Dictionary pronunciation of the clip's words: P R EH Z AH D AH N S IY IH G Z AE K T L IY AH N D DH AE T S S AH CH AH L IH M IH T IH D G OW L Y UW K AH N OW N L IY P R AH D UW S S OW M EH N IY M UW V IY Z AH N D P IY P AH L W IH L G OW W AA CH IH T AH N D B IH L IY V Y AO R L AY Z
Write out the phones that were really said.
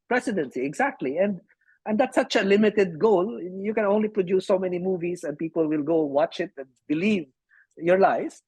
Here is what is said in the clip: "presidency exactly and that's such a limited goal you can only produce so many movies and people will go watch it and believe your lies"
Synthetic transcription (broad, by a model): P R EH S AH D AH N S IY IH G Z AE K T L IY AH N D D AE T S S AH CH AH L IH M IH T IH D G OW L Y UW K AH N OW N L IY P R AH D UW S S OW M EH N IY M UW V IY S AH N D P IY P AH L W IH L G OW W AA CH IH T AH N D B IH L IY V Y AO R L AY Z